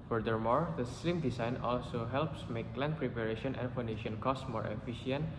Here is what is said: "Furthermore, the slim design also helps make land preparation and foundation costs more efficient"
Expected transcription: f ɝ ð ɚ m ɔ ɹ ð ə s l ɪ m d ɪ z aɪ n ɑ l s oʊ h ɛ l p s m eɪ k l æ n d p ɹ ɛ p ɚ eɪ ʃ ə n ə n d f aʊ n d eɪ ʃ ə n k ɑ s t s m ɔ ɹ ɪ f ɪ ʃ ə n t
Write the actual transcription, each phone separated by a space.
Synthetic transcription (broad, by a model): f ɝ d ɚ m ɔ ɹ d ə s l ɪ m d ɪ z aɪ n ɑ l s oʊ h ɛ l p s m eɪ k l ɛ n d p ɹ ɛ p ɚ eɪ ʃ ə n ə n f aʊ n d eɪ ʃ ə n k ɑ s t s m ɔ ɹ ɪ f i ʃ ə n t